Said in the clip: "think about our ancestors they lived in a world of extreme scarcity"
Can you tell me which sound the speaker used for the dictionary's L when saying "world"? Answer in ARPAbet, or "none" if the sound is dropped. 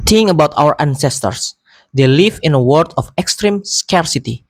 none